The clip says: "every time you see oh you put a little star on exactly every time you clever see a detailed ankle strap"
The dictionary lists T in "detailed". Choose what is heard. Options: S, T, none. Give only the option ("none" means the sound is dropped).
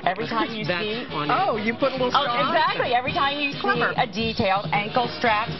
T